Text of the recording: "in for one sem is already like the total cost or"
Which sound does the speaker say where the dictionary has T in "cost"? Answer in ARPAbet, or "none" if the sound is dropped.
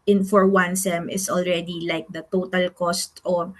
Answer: T